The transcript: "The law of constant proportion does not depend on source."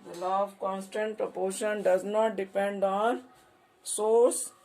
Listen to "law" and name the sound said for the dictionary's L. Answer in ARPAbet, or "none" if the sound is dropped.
L